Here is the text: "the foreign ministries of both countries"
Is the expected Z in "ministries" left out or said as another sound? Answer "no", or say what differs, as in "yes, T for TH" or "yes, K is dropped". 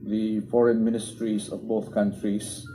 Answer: yes, S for Z